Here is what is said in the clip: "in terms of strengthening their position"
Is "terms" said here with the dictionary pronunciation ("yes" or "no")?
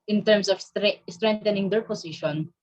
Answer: no